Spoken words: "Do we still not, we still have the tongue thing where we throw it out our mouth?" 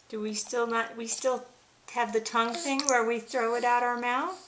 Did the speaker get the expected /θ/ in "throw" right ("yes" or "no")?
yes